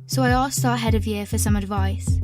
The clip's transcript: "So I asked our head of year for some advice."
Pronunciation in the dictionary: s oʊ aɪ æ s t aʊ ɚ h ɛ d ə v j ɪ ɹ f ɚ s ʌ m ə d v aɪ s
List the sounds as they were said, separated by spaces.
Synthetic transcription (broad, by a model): s oʊ aɪ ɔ s ɔ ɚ h ɛ d ə v j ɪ f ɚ s ʌ m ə d v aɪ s